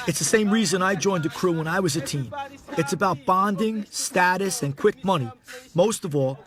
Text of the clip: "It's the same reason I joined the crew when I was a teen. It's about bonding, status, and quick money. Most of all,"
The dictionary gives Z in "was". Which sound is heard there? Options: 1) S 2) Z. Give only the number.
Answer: 2